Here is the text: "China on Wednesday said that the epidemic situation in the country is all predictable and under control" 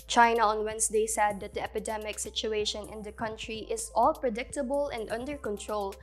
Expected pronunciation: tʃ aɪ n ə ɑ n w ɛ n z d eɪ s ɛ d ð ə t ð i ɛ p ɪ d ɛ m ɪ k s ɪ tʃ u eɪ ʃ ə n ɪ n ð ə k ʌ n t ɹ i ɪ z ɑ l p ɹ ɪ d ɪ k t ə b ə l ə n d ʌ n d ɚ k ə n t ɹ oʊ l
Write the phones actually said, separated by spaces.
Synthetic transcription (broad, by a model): tʃ aɪ n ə ɑ n w ɛ n s d eɪ s ɛ d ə t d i ɛ p ɪ d ɛ m ɪ k s ɪ tʃ u eɪ ʃ ə n ɪ n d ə k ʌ n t ɹ i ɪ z ɑ l p ɹ ɪ d ɪ k t ə b ə l ə n d ʌ n d ɚ k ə n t ɹ oʊ l